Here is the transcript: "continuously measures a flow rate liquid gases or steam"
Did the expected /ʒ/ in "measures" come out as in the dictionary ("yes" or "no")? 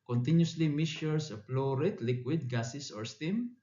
no